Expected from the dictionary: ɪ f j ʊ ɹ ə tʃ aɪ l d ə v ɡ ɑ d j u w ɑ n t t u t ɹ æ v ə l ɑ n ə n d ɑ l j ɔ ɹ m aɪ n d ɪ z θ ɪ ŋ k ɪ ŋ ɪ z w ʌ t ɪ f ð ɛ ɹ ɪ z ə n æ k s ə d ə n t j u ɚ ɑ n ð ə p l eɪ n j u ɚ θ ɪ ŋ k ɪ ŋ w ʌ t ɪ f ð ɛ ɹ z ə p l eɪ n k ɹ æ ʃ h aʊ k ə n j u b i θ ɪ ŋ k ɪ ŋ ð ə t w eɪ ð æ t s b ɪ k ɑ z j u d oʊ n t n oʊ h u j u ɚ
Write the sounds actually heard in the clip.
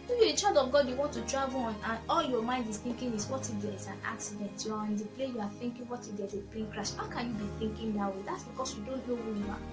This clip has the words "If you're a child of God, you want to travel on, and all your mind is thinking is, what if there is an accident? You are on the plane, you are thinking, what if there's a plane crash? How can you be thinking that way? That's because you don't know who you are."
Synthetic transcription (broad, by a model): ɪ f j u ə tʃ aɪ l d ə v ɡ ɑ d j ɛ w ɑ n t t u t ɹ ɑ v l ɑ n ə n ɑ l j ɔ m aɪ n d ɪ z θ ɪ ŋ k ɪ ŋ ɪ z w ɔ t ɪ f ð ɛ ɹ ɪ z ə n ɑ k s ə d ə n t j u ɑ ɑ n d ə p l eɪ j u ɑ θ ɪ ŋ k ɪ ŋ w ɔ t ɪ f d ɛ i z ə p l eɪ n k ɹ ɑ ʃ h aʊ k ə n j u b i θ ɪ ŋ k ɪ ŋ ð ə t w eɪ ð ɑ t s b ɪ k ɑ s j u d oʊ n t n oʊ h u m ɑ